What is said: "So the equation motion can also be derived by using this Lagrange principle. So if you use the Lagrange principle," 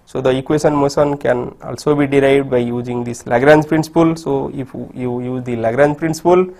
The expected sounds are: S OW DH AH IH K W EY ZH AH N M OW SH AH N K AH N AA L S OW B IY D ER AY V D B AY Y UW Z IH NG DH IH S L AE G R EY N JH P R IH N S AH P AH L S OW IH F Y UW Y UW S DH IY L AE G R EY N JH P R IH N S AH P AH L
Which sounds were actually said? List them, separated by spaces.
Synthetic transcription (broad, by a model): S OW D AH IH K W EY SH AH N M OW S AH N K AH N AA L S OW B IY D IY AY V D B AY Y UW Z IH NG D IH S L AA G R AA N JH P R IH N S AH P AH L S OW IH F Y UW Y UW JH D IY L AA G R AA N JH P R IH N S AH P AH L